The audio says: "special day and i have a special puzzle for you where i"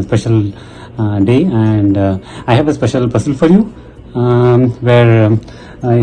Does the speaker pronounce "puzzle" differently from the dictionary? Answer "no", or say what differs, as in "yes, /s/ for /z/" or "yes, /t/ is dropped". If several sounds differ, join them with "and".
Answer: yes, /s/ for /z/